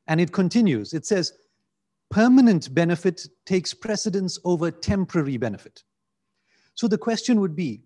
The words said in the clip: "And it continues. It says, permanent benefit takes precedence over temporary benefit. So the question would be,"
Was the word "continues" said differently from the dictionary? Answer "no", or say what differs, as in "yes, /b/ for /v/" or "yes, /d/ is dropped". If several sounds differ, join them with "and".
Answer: no